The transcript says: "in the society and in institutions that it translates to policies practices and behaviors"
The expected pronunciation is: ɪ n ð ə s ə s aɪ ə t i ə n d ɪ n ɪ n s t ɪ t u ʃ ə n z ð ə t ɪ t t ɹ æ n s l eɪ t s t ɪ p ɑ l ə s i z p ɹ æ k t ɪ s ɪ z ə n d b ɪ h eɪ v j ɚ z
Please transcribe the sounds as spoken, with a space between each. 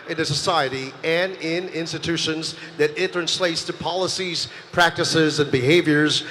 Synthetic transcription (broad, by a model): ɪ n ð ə s ə s aɪ ə t i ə n ɪ n ɪ n s t ɪ t u ʃ ə n z ð ə t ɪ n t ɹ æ n s l eɪ t s t ɪ p ɑ l ə s i z p ɹ æ k t ɪ s ɪ z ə n b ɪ h eɪ v j ɚ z